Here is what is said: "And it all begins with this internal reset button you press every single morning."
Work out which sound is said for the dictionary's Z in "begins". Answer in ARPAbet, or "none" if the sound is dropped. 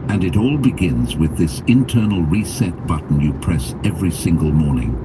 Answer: Z